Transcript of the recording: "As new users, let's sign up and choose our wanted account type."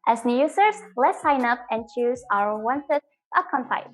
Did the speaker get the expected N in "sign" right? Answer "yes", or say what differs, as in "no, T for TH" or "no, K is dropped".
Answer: yes